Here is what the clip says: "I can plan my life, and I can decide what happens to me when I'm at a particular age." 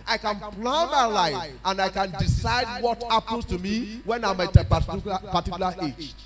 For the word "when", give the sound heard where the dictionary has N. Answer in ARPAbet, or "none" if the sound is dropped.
N